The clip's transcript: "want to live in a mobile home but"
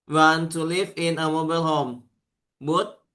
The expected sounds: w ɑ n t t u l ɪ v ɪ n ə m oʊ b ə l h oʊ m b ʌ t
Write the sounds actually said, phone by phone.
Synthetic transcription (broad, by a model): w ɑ n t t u l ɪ f ɪ n ə m oʊ b ə l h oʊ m b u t